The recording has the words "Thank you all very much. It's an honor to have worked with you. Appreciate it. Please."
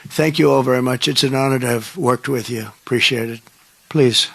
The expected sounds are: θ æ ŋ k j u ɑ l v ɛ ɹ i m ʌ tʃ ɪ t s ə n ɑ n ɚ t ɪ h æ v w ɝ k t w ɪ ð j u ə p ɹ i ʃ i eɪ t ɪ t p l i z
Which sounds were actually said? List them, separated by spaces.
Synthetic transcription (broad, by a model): θ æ ŋ k j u ɑ l v ɛ ɹ i m ʌ tʃ ɪ t s ə n ɑ n ɚ t ɪ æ v w ɝ k t w ɪ ð j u ə p ɹ i ʃ i eɪ t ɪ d p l i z